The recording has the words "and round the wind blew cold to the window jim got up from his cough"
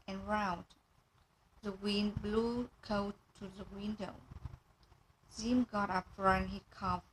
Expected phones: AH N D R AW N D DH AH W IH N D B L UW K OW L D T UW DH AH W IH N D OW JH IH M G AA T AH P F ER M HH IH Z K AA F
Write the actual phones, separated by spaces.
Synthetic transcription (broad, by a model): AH N R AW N DH AH W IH N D B L UW K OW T T UW DH AH W IH N D OW Z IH M G AA T AH P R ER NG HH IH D K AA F